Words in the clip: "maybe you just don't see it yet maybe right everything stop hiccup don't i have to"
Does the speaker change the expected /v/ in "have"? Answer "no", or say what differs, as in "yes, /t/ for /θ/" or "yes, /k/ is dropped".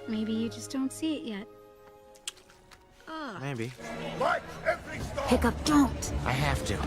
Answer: yes, /f/ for /v/